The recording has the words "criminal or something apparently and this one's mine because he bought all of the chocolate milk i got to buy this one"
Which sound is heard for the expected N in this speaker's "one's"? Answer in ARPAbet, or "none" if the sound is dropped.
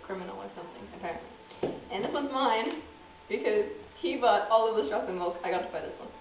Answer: none